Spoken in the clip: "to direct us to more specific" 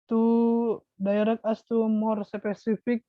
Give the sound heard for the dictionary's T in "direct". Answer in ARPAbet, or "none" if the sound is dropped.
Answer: none